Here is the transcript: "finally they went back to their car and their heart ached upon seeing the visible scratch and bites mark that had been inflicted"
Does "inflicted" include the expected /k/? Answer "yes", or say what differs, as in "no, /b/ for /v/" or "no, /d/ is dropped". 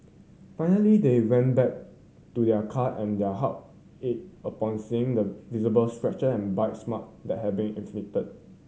no, /k/ is dropped